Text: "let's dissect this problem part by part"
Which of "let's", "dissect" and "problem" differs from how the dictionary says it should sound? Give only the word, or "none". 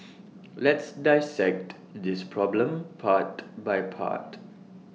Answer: none